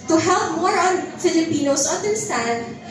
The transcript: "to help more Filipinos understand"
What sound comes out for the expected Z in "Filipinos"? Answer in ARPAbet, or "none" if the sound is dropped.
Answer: S